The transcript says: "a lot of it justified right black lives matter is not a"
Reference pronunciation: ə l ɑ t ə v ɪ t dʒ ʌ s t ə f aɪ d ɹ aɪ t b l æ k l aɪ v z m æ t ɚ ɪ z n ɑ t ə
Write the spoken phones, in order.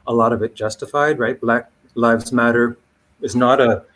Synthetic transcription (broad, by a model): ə l ɑ t ə v ɪ t dʒ ʌ s t ə f aɪ d ɹ aɪ t b l æ k l aɪ v z m æ t ɚ ɪ z n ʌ t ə